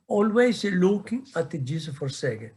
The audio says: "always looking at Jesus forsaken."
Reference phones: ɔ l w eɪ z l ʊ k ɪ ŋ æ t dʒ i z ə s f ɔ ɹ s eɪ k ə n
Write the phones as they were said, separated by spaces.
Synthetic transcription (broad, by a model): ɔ l w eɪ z l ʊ k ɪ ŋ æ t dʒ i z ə f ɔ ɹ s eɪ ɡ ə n